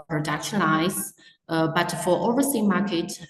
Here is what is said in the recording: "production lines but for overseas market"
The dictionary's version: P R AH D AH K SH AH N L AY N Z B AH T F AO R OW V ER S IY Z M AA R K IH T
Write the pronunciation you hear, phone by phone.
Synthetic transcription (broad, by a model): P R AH D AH K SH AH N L AY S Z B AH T F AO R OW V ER S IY M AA K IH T